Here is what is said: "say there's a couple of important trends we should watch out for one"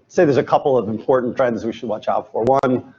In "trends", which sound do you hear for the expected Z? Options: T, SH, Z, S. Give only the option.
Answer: Z